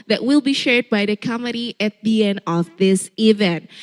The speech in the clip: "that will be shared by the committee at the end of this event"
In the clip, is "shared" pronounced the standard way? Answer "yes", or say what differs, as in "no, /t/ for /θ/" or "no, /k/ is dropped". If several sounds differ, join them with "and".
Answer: yes